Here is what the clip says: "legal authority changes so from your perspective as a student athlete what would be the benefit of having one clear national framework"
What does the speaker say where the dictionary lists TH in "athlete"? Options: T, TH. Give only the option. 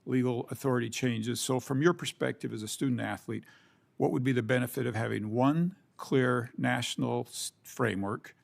TH